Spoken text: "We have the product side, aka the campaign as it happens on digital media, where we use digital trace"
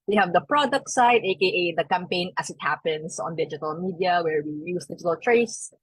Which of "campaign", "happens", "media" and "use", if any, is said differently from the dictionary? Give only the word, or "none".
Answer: happens